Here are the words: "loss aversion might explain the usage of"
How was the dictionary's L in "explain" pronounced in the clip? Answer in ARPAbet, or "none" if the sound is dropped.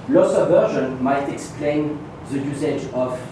L